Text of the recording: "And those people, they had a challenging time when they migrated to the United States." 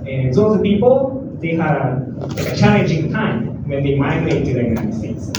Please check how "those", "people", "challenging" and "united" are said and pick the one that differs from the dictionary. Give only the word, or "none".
those